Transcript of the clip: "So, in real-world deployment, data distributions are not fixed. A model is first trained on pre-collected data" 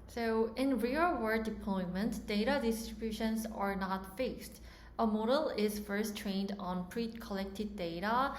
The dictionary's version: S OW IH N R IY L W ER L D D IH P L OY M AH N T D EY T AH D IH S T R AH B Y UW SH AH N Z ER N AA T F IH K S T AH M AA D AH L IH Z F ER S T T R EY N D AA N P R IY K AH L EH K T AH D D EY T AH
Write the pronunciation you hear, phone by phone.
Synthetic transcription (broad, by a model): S OW IH N R IY L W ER D D IH P L OY M AH N T D EY T AH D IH S T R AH B Y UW SH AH N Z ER N AA T F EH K S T AH M AA D AH L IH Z F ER S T T R EY N D AA N P R IY K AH L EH K T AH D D EY T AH